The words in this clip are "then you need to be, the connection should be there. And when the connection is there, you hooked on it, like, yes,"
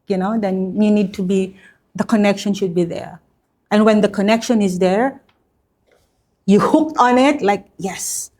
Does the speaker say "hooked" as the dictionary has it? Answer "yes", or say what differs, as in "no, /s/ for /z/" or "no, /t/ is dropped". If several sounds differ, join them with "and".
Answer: yes